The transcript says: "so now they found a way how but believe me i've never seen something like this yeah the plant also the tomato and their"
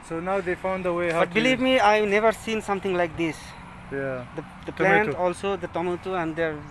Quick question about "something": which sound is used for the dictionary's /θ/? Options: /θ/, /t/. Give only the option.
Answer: /t/